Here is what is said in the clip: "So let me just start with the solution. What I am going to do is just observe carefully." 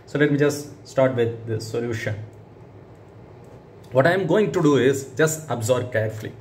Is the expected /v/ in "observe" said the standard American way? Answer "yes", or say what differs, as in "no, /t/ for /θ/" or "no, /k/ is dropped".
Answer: no, /b/ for /v/